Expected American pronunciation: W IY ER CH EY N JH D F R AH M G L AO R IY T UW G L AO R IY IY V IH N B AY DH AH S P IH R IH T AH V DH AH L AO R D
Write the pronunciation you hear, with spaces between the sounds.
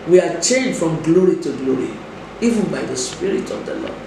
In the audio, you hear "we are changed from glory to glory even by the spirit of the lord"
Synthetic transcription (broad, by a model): W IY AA CH EY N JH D F R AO M G L AO R IY T UW G L AO R IY IY V IH N B AY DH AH S P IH R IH T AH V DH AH L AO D